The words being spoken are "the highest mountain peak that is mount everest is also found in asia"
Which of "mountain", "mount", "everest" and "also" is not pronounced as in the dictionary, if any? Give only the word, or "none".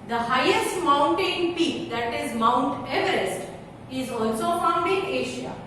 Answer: none